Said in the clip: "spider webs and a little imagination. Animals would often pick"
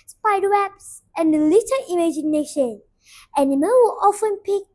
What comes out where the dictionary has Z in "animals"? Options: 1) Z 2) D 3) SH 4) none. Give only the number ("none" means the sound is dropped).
4